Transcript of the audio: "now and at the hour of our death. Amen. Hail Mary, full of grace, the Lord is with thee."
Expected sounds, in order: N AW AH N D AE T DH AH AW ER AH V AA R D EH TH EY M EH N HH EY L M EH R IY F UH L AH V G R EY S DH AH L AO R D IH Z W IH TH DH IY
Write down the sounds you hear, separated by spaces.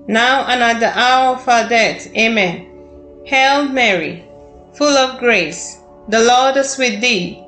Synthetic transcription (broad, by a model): N AW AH N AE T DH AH AW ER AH F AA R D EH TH EY M EH N HH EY L M EH R IY F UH L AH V G R EY S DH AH L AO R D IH S W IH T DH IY